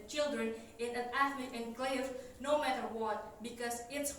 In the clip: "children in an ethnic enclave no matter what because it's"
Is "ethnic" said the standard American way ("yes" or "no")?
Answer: no